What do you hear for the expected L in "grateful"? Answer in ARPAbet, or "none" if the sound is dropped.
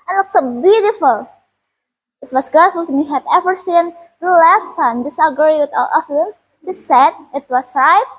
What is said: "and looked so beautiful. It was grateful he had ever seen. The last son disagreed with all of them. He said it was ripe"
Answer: N